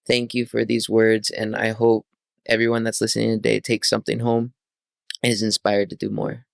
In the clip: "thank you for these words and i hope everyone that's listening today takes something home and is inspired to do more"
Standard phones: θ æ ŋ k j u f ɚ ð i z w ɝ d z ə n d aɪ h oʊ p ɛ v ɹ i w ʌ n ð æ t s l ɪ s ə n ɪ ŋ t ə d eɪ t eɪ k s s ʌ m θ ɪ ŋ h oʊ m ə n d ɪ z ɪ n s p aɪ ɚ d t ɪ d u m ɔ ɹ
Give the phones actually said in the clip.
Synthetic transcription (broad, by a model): θ æ ŋ k j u f ɚ ð i z w ɝ d z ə n aɪ h oʊ p ɛ v ɹ i w ʌ n ð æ t s l ɪ s ə n ɪ ŋ t ə d eɪ t eɪ k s s ʌ m θ ɪ ŋ h oʊ ə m ɪ z ɪ n s p aɪ ɚ d t ɪ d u m ɔ ɹ